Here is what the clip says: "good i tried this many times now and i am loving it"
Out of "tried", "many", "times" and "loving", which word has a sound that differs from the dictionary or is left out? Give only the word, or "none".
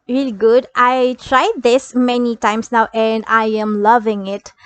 times